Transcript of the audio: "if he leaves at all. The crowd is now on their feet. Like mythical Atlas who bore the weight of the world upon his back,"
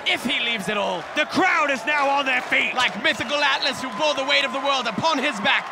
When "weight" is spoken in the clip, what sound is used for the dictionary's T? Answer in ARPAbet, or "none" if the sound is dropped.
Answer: T